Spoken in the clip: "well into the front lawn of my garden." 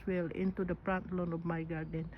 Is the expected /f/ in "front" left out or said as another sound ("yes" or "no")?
yes